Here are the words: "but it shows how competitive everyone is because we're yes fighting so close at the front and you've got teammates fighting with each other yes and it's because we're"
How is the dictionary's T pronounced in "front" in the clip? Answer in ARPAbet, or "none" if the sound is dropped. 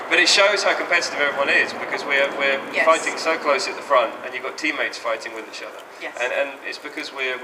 T